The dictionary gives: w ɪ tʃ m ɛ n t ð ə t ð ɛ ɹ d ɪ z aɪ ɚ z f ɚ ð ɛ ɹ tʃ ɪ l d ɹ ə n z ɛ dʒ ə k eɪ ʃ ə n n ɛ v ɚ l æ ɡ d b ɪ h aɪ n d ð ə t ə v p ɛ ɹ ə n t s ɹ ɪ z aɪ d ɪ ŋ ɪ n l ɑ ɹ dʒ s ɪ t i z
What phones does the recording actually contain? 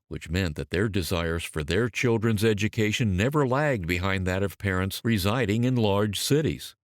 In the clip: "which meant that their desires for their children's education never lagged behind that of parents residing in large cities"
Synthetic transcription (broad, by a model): w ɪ tʃ m ɛ n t ð ə t ð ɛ ɹ d ɪ z aɪ ɚ z f ɚ ð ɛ ɹ tʃ ɪ l d ɹ ə n z ɛ dʒ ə k eɪ ʃ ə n n ɛ v ɚ l æ ɡ d b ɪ h aɪ n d ð ə t ə v p ɛ ɹ ə n t s ɹ ɪ z aɪ d ɪ ŋ ɪ n l ɑ ɹ dʒ s ɪ t i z